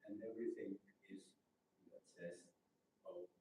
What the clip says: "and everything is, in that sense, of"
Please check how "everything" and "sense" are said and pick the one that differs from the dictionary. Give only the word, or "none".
sense